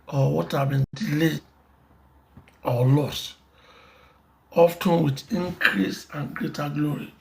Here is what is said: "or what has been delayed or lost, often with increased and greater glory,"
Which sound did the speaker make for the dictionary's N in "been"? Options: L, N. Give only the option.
N